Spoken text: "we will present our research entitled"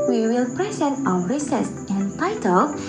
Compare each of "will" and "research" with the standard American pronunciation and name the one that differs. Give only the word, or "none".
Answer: research